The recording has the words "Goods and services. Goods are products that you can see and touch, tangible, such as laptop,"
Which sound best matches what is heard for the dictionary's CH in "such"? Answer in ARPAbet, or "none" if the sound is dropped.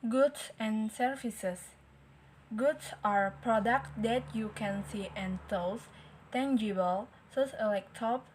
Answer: S